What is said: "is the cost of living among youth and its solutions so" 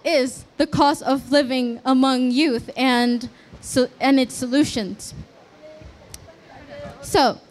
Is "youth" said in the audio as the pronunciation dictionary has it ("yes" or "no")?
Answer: yes